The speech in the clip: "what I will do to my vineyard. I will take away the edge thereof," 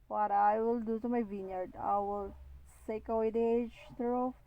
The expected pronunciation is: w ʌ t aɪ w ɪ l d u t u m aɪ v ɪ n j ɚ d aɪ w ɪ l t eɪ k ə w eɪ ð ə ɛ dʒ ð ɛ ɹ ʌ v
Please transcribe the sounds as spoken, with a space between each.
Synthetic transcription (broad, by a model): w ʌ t aɪ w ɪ l d u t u m aɪ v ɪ n j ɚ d aɪ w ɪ l s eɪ k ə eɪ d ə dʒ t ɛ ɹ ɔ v